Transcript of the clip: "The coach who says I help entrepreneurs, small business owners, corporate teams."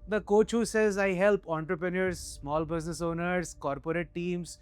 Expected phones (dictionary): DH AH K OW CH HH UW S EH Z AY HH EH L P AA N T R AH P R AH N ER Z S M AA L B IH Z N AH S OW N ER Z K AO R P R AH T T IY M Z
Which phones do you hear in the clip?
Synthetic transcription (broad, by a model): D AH K OW CH HH UW S EH Z AY HH EH L P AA N T R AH P R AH N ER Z S M AA L B IH Z N AH S OW N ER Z K AO R P R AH T T IY M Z